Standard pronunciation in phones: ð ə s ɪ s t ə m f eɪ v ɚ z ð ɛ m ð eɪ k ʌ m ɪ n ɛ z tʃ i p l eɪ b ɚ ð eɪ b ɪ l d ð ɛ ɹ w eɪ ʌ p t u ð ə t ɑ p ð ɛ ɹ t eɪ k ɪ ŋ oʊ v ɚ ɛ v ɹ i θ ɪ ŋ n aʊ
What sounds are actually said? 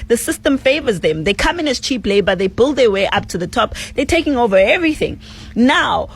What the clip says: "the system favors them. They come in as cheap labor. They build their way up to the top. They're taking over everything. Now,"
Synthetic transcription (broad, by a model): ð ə s ɪ s t ə m f eɪ v ɚ z ð ɛ m ð eɪ k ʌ m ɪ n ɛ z tʃ i p l eɪ b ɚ ð eɪ b ɪ l d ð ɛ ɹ w eɪ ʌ p t u ð ə t ɑ p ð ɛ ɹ t eɪ k ɪ ŋ oʊ v ɚ ɛ v ɹ i θ ɪ ŋ n aʊ